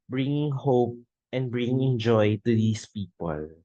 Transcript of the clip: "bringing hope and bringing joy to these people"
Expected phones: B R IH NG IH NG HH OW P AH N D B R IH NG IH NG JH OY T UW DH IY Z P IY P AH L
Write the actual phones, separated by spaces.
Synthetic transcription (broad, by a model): B R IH NG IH NG HH OW P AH N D B R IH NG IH NG JH OY T UW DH IY S P IY P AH L